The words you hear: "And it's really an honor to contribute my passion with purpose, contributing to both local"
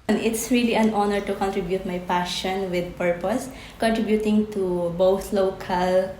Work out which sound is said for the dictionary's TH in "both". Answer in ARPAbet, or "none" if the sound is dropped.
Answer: T